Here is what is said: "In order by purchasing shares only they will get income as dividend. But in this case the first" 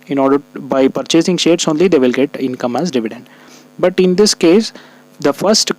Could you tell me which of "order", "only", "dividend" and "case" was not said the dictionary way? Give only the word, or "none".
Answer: none